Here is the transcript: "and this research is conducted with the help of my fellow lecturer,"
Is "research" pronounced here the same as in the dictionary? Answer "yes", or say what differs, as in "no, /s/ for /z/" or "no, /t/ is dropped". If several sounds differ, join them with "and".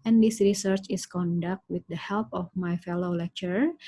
yes